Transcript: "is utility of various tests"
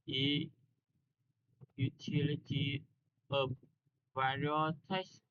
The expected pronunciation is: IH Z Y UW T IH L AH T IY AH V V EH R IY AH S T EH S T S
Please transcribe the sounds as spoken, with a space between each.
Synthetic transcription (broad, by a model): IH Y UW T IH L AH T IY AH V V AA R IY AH T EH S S